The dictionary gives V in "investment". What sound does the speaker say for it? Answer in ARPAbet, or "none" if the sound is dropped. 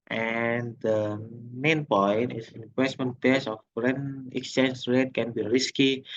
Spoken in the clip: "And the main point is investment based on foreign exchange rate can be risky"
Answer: W